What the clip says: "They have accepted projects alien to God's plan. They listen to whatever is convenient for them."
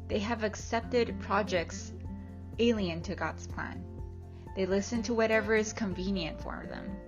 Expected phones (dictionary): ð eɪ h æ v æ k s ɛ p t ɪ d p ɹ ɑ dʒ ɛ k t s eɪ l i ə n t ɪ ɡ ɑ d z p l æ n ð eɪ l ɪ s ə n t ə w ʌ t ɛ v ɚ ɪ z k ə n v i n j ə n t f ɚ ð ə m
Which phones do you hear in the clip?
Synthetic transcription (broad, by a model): ð eɪ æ v æ k s ɛ p t ɪ d p ɹ ɑ dʒ ɛ k t s eɪ l i ə n t ɪ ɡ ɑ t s p l æ n ð eɪ l ɪ s ə n t ə w ʌ t ɛ v ɚ ɪ z k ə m v i n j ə n t f ɚ ð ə m